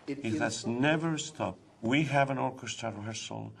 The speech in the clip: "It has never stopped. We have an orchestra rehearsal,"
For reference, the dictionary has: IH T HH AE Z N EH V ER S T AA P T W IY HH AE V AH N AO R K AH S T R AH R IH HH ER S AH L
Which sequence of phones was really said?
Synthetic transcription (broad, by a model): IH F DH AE S N EH V ER S T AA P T W IY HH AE V AH N AO R K AH S T R AH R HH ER S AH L